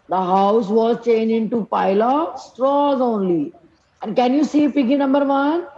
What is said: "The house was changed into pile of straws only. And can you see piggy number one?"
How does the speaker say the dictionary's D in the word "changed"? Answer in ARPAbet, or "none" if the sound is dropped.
none